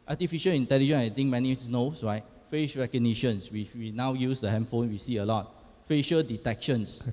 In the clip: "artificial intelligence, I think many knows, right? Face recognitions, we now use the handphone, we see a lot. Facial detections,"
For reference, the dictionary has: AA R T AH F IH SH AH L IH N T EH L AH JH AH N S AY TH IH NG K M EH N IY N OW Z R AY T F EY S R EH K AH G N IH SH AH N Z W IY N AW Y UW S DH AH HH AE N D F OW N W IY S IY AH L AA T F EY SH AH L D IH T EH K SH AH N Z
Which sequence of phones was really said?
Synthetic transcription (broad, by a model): AA T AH F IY SH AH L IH N T EH L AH JH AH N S AY T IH NG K M EH N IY N OW S R AY T F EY SH R EH K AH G N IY SH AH N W W IY N AW Y UW S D AH HH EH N F OW N W IY S IY AH L AA T F EY SH AH L D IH T EH K SH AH N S